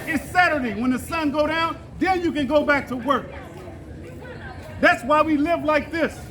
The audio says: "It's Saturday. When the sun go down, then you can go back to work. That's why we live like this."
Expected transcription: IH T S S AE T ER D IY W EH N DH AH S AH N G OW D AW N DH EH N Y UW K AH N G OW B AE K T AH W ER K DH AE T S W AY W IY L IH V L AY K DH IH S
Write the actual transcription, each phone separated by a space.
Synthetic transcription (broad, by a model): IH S S AE T ER D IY W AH N DH AH S AH N G OW D AW N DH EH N Y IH K AH N G OW B AE K T AH W ER K DH AE T S W AY W IY L IH V L AY K DH IH S